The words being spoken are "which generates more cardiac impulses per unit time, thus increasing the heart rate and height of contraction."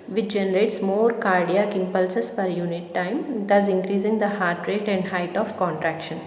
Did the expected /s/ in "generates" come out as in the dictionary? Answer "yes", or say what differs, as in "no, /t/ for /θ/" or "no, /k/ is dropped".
yes